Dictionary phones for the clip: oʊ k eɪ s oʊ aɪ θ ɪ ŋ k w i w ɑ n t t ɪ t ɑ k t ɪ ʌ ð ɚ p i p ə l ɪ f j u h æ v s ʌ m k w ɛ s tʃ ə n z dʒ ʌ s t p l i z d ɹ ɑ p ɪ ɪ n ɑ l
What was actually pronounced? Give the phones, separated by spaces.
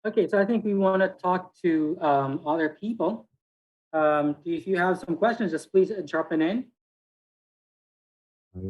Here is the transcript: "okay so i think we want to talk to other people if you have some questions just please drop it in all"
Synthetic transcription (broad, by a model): oʊ k eɪ s oʊ aɪ θ ɪ ŋ k w i w ɑ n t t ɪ t ɑ k t ɪ ʌ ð ɚ p i p ə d ɪ f j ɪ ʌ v s ʌ m k w ɛ s tʃ ə n z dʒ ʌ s p l i z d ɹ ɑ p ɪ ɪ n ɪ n